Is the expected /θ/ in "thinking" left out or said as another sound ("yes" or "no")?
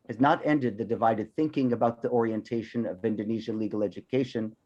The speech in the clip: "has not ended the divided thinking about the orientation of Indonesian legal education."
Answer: no